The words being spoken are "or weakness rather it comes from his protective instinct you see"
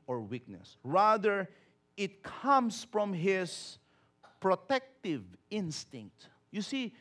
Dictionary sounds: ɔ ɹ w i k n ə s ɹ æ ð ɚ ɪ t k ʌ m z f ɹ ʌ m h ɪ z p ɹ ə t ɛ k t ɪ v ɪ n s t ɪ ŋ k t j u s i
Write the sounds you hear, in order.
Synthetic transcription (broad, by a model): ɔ ɹ w i k n ə s ɹ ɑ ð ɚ ɪ t k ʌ m s f ɹ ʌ m h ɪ s p ɹ ə t ɛ k t ɪ v ɪ n s t ɪ ŋ k t j u s i